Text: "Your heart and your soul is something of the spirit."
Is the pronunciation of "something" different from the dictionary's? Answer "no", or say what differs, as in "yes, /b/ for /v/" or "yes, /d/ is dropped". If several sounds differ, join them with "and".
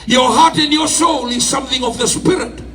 no